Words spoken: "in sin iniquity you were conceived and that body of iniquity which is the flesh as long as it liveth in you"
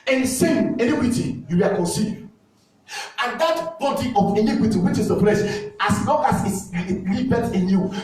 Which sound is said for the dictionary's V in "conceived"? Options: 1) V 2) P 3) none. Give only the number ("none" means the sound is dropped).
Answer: 3